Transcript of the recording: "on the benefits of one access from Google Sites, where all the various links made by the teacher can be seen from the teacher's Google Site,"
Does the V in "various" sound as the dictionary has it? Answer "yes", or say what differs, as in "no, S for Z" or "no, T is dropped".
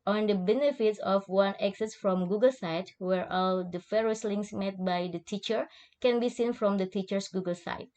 no, F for V